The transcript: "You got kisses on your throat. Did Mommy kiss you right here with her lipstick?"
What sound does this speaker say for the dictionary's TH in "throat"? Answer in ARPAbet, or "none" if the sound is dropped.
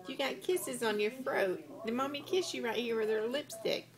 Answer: F